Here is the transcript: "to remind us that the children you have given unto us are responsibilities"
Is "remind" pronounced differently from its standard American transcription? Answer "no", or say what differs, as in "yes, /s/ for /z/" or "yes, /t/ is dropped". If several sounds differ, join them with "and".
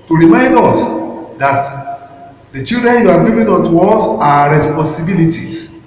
no